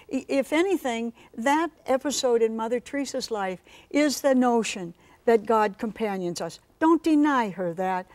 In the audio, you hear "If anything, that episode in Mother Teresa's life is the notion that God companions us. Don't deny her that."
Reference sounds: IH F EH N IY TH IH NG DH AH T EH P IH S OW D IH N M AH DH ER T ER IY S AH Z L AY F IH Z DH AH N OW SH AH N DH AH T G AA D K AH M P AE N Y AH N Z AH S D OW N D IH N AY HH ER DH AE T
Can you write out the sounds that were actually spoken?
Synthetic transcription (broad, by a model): IH F EH N IY TH IH NG DH AH T EH P IH S OW D IH N M AH DH ER T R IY S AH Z L AY F IH Z DH AH N OW SH AH N DH AH T G AA D K AH M P AE N Y AH N Z AH S D OW N D IH N AY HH ER DH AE T